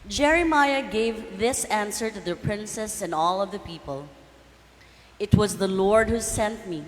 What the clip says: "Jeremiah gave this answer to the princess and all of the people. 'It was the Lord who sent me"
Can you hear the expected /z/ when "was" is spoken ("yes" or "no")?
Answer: yes